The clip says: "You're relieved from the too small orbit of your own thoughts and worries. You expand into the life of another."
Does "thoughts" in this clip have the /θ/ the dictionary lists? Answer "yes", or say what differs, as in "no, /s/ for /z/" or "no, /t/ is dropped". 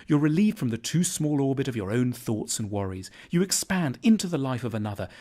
yes